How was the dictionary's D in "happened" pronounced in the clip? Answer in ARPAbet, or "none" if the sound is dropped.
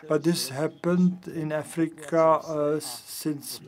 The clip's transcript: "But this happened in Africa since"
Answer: D